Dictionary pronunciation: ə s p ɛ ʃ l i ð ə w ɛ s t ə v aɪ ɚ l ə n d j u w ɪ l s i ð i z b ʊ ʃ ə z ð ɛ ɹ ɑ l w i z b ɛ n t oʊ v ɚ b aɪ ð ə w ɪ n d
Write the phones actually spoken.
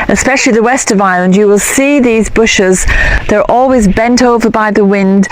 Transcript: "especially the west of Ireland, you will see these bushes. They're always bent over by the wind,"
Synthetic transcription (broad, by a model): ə s p ɛ ʃ l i ð ə w ɛ s t ə v aɪ l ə n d j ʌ w ɪ l s i ð i z b ʊ ʃ ə z ð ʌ ɹ ɑ l w i z b ɛ n t oʊ v ɚ b aɪ ð ə w ɪ n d